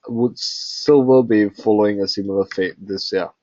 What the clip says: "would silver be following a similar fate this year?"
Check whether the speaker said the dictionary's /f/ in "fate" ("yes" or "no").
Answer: yes